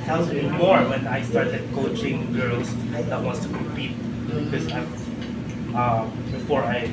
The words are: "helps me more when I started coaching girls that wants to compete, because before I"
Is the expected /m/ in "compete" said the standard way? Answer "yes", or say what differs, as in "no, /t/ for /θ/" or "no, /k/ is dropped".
no, /m/ is dropped